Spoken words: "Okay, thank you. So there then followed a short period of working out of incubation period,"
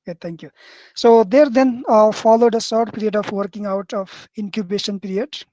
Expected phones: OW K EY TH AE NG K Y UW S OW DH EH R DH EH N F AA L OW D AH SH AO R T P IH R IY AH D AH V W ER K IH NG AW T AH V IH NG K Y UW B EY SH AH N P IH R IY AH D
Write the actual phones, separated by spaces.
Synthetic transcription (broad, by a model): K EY T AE NG K Y UW S OW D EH R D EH N F AA L OW D AH S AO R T P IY R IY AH D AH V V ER K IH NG AW T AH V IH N K Y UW B EY SH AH N P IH R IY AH D